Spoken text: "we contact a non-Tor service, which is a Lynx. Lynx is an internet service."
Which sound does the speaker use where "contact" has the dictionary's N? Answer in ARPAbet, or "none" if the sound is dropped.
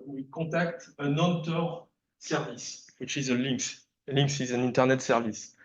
none